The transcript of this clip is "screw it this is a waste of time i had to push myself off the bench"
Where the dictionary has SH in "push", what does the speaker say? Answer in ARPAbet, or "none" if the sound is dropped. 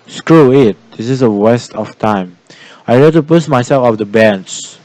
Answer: S